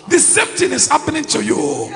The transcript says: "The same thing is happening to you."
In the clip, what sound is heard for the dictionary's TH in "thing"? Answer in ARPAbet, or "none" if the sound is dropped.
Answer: T